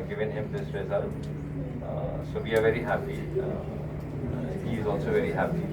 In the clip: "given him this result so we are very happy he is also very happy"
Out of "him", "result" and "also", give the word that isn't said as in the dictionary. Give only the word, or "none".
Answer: result